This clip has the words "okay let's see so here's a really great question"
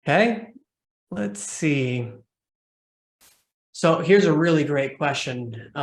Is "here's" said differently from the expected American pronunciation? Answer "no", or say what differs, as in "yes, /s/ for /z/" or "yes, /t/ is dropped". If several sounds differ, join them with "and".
no